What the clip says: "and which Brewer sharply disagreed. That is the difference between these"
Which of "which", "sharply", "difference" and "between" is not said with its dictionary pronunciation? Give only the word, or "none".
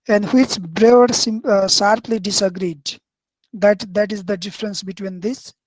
sharply